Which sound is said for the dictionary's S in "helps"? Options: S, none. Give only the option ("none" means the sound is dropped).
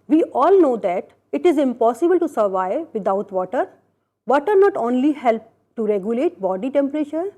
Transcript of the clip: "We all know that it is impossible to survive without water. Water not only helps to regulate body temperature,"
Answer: none